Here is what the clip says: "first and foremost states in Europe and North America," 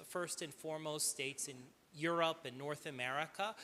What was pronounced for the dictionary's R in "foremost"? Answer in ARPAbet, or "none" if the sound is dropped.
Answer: R